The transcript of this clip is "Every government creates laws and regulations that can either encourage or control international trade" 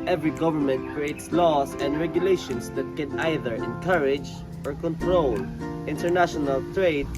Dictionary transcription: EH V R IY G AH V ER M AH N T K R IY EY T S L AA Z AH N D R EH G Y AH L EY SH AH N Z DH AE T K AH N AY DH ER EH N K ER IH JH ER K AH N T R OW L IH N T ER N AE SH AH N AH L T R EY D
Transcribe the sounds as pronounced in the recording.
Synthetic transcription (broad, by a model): EH V R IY G AH V ER M AH N T K R IY EY T S L AA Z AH N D R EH G Y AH L EY SH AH N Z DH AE T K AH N AY DH ER EH N K ER IH JH ER K AH N T R OW L IH N T ER N AE SH AH N AH L T R EY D